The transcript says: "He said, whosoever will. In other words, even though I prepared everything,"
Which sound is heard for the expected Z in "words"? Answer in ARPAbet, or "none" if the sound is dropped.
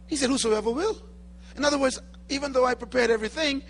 Z